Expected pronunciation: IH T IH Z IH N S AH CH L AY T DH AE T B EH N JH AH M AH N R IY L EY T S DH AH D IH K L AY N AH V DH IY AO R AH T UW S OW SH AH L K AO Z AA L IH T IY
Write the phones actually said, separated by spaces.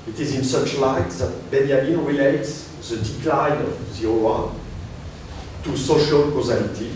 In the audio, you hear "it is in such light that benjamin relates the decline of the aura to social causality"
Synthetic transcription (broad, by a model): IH T IH Z IH N S AH CH L AY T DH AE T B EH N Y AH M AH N R IY L EY T S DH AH D IH K L AY N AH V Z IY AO W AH T UW S OW SH AH L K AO Z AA L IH T IY